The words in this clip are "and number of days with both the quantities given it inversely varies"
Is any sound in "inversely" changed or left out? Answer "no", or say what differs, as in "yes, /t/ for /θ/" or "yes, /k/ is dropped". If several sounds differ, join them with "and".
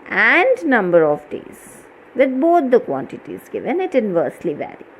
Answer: no